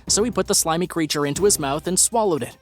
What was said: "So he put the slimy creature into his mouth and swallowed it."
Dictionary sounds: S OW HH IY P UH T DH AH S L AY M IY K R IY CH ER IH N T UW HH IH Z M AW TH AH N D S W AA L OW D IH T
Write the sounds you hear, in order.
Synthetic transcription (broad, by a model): S OW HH IY P UH T DH AH S L AY M IY K R IY CH ER IH N T UW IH Z M AW TH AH N S W AA L OW D IH T